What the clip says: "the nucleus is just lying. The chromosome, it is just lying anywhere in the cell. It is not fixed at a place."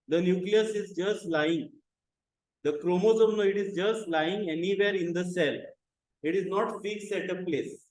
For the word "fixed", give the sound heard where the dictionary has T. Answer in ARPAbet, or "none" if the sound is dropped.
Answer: none